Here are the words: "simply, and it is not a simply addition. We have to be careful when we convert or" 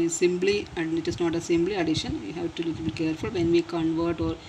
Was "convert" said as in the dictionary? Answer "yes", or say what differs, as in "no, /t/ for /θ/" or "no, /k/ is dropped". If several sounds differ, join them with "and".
yes